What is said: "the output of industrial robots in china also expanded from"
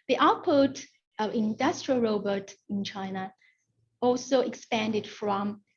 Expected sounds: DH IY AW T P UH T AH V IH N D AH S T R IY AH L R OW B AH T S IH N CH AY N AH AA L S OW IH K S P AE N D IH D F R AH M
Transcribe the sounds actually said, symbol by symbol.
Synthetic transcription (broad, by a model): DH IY AW T P UH T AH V IH N D AH S T R IY AH L R OW B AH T IH N CH AY N AH AA L S OW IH K S P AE N D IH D F R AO M